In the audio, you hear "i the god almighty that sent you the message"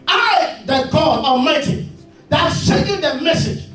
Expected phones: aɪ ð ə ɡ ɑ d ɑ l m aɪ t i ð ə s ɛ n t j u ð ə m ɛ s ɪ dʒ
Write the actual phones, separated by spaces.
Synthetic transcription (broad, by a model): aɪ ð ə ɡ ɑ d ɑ m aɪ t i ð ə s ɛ t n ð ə m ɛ s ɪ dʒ